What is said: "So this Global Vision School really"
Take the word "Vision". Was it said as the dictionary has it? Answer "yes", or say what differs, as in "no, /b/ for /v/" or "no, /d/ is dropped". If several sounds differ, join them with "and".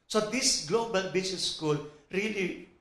no, /b/ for /v/ and /s/ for /ʒ/